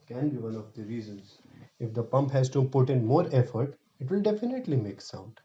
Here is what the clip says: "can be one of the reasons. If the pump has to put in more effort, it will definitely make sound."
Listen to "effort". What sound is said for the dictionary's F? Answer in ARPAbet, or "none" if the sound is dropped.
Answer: F